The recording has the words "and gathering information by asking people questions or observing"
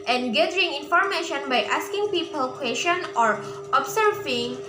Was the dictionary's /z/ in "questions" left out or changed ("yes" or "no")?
yes